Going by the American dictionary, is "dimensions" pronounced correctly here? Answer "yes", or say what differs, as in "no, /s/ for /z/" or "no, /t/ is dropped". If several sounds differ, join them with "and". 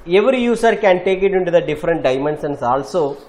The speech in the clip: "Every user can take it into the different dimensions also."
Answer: no, /s/ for /ʃ/ and /s/ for /z/